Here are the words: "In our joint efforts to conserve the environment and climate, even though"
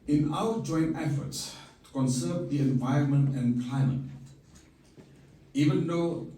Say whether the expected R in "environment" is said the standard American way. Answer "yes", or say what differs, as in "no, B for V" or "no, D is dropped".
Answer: yes